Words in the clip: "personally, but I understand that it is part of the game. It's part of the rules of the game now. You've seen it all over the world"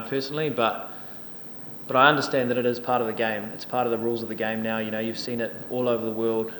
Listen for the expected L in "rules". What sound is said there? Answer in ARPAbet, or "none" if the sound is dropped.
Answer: L